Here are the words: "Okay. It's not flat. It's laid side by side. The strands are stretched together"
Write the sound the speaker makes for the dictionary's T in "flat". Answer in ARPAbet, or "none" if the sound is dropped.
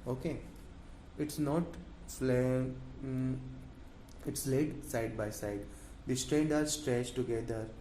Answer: none